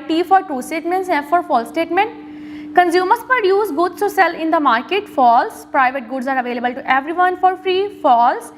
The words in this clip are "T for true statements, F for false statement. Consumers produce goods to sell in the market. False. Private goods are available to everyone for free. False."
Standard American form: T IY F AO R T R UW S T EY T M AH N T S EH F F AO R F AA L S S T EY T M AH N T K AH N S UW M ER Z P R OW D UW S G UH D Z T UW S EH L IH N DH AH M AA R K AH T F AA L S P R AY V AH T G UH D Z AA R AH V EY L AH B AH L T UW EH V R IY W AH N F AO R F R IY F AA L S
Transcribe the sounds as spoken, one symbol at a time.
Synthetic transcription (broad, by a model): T IY F AO R T UW S T EY T M AH N T S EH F F AO R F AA L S S T EY T M AH N T K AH N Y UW M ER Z P R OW D UW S G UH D S T UW S EH L IH N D AH M AA R K AH T F AA L S P R AY V AH T G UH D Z AA R AH V EY L AH B AH L T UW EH V R IY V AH N F AO R F R IY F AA L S